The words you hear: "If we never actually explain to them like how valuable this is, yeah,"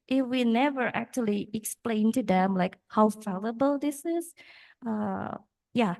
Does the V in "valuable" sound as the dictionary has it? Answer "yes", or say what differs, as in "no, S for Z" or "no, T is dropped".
no, F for V